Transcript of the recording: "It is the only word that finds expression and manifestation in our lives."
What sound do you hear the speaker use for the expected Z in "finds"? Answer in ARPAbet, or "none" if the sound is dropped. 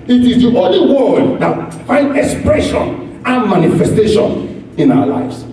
none